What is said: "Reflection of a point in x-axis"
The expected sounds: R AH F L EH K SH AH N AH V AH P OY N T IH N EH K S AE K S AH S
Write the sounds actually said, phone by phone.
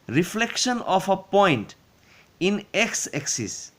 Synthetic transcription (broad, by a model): R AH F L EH K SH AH N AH P AH P OY N T IH N EH K S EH K S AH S